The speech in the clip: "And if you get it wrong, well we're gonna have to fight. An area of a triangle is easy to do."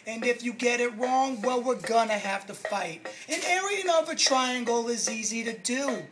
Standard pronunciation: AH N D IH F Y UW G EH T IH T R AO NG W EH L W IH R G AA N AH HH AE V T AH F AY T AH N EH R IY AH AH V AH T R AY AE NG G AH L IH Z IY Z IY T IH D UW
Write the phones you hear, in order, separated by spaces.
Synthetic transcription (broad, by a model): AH N IH F Y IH G EH T IH T R AO NG W EH L W IH R G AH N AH HH AE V T AH F AY T AH N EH R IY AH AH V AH T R AY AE NG G L IH Z IY Z IY T IH D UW